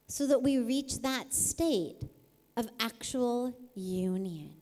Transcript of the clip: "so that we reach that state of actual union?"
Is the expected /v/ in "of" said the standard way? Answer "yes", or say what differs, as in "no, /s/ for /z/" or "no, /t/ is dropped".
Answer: yes